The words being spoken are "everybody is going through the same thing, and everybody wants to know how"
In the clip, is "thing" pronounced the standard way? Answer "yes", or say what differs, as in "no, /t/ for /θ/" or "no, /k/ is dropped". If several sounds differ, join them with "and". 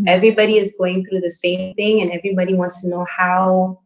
yes